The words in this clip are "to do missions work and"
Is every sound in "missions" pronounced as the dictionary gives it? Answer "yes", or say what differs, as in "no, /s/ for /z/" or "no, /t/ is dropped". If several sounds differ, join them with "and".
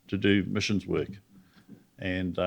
yes